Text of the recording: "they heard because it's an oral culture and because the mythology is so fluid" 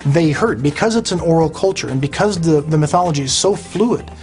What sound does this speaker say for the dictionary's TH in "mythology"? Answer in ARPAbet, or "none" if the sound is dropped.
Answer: TH